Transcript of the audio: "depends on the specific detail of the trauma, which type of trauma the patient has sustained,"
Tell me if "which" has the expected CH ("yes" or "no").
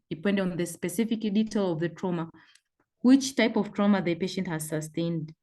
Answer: yes